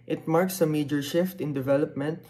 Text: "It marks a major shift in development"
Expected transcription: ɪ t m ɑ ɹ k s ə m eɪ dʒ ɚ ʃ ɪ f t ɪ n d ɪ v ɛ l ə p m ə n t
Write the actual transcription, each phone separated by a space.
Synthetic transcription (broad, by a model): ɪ t m ɑ ɹ k s ə m eɪ dʒ ɚ ʃ ɪ f t ɪ n d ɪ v ɛ l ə p m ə n t